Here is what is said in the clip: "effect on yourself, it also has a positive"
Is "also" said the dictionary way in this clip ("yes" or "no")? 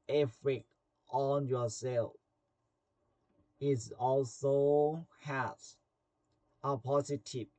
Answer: yes